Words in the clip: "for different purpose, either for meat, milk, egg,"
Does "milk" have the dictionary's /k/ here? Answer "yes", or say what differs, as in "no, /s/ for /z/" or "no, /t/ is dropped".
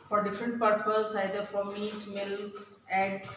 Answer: no, /k/ is dropped